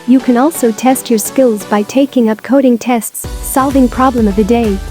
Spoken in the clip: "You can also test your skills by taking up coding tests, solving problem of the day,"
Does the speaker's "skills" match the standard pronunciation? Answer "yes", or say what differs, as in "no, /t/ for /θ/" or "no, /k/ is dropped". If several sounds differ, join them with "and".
yes